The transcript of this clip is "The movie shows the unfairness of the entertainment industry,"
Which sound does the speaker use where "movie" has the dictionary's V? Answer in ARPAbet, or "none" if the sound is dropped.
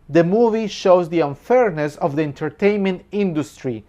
V